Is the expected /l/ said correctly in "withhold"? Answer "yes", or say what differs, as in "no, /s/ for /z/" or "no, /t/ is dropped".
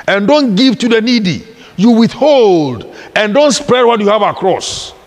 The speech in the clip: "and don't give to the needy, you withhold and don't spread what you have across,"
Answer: yes